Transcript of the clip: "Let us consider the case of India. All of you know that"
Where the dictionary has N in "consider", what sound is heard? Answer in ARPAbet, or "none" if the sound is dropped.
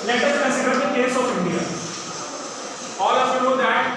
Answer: none